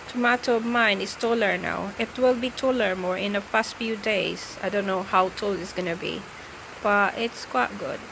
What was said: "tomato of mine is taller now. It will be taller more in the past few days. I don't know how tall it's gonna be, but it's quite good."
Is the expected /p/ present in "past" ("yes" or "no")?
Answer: no